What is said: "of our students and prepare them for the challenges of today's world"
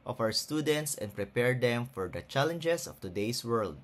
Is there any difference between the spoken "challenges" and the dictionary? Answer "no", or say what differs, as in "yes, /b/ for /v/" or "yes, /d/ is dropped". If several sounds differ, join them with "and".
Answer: yes, /s/ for /z/